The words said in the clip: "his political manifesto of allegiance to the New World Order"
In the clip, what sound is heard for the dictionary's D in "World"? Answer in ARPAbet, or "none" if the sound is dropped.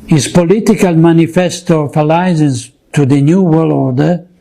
none